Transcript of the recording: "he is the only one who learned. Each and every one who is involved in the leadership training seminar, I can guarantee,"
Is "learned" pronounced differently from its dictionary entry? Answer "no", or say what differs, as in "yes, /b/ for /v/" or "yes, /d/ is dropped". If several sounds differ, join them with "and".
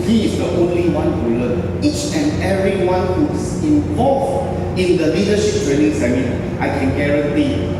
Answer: yes, /d/ is dropped